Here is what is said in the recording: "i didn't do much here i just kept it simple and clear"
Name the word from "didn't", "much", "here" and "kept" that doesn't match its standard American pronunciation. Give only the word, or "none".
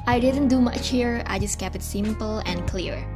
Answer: kept